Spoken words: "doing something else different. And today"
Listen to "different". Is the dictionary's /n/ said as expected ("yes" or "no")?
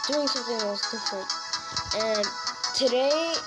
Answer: no